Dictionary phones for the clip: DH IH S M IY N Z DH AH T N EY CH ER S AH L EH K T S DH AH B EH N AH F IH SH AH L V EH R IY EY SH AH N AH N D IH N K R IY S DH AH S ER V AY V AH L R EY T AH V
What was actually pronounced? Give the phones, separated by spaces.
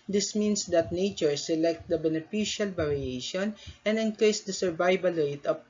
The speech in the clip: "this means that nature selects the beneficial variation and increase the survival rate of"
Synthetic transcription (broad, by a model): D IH S M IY N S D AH T N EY CH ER S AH L EH K T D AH B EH N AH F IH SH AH L B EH R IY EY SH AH N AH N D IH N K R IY S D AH S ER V AY B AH L R EY T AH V